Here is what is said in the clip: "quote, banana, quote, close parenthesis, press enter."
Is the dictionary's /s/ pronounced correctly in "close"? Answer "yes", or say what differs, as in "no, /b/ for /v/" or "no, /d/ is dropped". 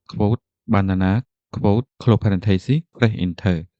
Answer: no, /s/ is dropped